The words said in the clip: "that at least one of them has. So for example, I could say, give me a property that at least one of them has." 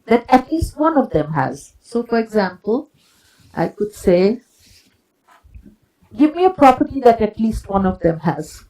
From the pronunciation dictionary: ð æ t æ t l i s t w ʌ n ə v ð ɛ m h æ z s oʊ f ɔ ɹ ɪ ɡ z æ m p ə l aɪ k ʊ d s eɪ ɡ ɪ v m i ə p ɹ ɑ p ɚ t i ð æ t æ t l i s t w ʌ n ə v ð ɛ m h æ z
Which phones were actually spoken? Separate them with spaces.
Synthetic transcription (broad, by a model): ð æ t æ t l i s t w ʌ n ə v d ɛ m h æ z s oʊ f ɔ ɹ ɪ ɡ z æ m p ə l aɪ k ʊ d s eɪ ɡ ɪ v m i ə p ɹ ɑ p ɚ t i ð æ t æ t l i s t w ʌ n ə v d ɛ m h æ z